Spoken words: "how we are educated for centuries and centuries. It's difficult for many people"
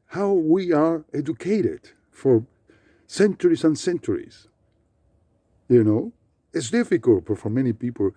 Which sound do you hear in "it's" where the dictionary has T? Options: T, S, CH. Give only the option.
T